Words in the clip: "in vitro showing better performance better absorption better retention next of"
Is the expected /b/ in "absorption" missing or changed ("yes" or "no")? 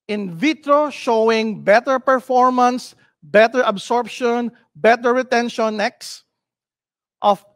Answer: no